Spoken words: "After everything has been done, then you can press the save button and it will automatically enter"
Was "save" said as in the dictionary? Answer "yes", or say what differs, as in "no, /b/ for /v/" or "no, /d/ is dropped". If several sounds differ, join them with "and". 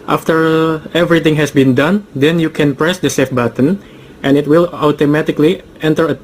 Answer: no, /f/ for /v/